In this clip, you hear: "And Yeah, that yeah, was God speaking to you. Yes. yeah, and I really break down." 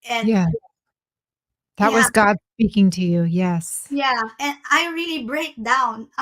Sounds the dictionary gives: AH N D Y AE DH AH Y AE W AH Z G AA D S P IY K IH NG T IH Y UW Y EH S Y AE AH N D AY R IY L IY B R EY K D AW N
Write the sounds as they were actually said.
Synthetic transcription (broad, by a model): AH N Y AE DH AH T W AH Z G AA D S P IY K IH NG T IH Y UW Y EH S Y AE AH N AY R IY L IY B R EY K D AW N